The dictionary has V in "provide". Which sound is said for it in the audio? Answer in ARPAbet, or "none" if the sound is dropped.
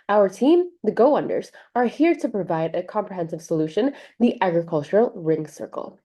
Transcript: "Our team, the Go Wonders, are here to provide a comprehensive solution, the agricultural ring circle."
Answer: V